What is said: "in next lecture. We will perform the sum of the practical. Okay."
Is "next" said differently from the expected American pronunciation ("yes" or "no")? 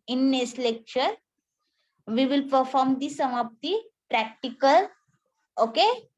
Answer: yes